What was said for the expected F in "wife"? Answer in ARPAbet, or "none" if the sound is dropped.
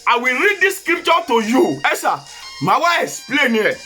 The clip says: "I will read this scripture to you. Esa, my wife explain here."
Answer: none